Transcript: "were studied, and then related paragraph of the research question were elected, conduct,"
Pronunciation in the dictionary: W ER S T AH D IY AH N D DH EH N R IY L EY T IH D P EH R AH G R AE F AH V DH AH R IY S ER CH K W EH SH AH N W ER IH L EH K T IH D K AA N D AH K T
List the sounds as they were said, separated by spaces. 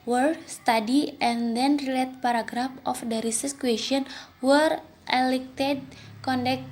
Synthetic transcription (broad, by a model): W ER S T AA D IY AH N D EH N R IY L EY T P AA R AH G R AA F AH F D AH R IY S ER S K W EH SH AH N W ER IH L EH K T IH D K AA N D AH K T